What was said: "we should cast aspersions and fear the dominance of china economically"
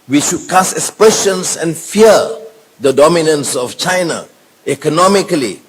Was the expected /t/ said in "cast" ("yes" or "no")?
no